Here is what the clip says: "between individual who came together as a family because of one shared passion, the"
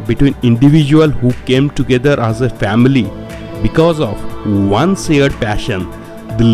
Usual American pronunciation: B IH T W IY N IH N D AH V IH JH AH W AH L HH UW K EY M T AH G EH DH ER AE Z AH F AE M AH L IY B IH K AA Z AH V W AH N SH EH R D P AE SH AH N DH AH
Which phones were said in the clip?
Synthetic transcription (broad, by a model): B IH T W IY N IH N D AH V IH JH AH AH L HH UW K EY M T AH G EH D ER AE Z AH F AE M AH L IY B IH K AA Z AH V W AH N S EH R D P AE SH AH N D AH